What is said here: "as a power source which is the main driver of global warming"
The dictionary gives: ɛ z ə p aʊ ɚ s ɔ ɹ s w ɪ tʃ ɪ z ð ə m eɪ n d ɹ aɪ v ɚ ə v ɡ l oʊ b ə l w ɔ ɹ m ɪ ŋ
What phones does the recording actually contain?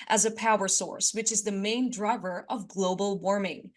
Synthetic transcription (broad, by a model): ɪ z ə p aʊ ɚ s ɔ ɹ s w ɪ tʃ ɪ z ð ə m eɪ n d ɹ aɪ v ɚ ə v ɡ l oʊ b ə l w ɔ ɹ m ɪ ŋ